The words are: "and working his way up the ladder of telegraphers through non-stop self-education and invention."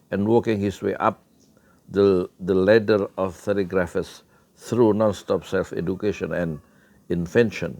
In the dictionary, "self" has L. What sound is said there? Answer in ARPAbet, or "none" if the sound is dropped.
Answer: L